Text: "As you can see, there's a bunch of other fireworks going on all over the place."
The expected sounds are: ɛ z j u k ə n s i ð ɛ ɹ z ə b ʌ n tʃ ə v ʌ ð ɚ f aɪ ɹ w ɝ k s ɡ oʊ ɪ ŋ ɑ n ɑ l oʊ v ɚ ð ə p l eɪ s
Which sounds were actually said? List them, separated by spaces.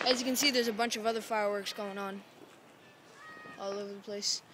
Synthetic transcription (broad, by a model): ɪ z j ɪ k ə n s i ð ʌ ɹ z ə b ʌ n tʃ ə v ʌ ð ɚ f aɪ ɹ w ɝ k s ɡ oʊ ɪ ŋ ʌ n ɑ l oʊ v ɚ ð ə p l eɪ s